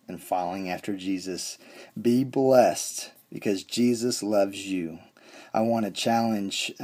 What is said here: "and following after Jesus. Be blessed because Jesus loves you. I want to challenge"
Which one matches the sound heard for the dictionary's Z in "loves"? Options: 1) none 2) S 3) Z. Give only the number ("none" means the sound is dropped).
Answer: 3